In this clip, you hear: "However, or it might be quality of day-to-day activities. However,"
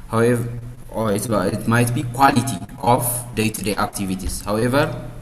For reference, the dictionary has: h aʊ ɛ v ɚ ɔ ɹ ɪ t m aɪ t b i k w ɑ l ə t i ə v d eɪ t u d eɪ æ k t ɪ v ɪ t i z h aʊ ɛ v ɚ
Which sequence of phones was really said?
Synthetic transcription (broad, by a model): h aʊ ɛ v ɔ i l ɪ t m aɪ t b i k w ɑ l ə t i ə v d eɪ t u d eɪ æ k t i v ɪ t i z h aʊ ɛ v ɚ